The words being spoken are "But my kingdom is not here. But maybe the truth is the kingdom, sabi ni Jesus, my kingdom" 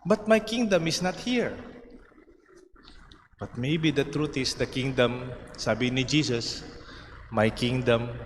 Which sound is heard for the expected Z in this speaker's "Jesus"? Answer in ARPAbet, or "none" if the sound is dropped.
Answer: S